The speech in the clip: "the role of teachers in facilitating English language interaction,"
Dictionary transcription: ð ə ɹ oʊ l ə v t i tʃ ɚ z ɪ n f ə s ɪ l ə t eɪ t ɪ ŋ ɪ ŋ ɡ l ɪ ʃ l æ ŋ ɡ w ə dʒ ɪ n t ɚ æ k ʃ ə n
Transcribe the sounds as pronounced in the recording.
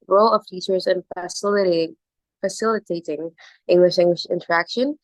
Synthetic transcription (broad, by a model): ɹ oʊ l ə v t i tʃ ɚ z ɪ n f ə s ɪ l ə t eɪ t ɪ ŋ ɪ ŋ ɡ l ɪ ʃ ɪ ŋ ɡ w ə ʃ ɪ n t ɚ æ k ʃ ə n